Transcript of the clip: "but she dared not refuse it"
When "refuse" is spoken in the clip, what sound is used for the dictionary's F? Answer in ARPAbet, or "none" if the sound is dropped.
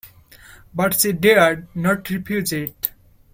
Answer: P